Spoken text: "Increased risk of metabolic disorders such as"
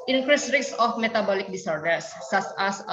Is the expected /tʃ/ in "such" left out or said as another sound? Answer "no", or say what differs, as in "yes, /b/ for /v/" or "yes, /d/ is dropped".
yes, /s/ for /tʃ/